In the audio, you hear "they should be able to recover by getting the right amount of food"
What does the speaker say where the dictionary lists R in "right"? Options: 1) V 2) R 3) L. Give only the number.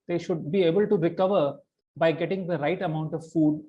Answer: 2